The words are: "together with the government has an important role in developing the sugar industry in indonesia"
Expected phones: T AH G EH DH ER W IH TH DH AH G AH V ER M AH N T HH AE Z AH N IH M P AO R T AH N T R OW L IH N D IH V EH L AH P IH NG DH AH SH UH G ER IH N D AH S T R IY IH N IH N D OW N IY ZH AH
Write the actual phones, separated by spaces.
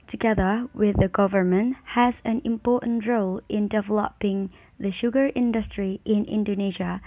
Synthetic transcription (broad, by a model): T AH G EH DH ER W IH DH AH G AH V ER M AH N T HH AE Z AH N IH M P AO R T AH N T R OW L IH N D IH V EH L AH P IH NG DH AH SH UH G ER IH N D AH S T R IY IH N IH N D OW N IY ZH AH